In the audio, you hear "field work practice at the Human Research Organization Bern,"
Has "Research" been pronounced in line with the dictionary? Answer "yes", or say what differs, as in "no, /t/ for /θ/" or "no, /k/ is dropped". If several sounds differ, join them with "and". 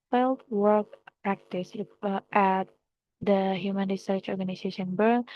yes